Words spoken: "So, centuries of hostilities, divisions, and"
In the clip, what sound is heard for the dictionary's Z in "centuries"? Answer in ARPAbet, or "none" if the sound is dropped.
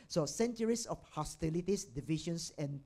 S